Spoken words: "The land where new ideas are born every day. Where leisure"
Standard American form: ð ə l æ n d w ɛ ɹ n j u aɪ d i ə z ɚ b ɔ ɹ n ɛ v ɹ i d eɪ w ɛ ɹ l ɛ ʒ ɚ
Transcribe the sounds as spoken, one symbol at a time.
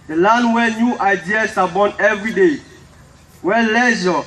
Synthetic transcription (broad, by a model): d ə l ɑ n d w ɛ n j u aɪ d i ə s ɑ b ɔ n ɛ v ɹ i d eɪ w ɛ l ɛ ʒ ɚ